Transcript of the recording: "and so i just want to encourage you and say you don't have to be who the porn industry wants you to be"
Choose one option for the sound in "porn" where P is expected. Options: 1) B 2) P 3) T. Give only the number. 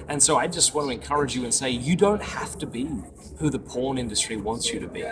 2